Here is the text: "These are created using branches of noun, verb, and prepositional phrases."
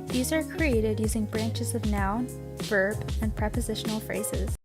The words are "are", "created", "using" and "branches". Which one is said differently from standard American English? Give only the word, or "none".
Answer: none